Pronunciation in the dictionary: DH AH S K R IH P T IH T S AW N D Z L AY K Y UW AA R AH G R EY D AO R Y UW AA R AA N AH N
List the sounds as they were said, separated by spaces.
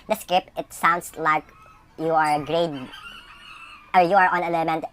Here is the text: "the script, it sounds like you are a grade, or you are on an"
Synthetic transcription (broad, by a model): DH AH S K R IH P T IH T S AW N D S L AY K Y UW AA R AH G R EY D AO R Y UW AA R AA N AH N